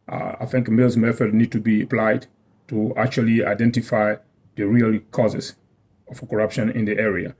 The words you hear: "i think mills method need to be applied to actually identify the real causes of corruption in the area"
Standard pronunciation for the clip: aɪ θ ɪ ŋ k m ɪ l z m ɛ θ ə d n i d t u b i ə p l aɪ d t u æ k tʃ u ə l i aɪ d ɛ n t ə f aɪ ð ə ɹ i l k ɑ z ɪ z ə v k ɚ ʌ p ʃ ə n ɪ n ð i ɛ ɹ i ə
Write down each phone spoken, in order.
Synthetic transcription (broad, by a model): aɪ θ ɪ ŋ k m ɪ l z m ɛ f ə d n i d t u b i ə p l aɪ d t u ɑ k tʃ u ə l i aɪ d ɛ n t ə f aɪ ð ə ɹ i l k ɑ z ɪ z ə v k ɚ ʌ p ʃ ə n ɪ n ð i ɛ ɹ i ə